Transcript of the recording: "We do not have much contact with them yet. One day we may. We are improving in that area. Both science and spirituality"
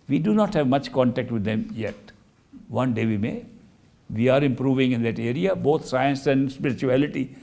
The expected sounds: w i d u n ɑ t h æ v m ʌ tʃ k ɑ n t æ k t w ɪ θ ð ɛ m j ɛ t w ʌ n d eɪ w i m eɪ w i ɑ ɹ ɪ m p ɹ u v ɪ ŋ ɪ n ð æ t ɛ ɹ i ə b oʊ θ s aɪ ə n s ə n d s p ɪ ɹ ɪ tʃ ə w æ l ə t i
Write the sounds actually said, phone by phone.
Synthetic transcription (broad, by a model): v i d u n ɑ t h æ v m ʌ tʃ k ɑ n t æ k t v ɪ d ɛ m j ɛ t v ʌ n d eɪ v i m eɪ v i ɑ ɹ ɪ m p ɹ u v ɪ ŋ ɪ n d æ t ɛ ɹ i ə b oʊ t s aɪ ə n s ə n d s p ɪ ɹ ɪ tʃ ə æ l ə t i